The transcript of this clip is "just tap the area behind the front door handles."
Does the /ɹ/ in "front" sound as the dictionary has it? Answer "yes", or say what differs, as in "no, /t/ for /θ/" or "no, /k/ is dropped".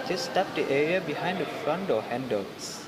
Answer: yes